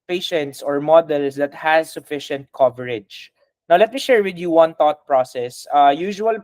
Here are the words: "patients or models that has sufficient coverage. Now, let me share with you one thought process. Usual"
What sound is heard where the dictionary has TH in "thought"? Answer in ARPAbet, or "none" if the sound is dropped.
T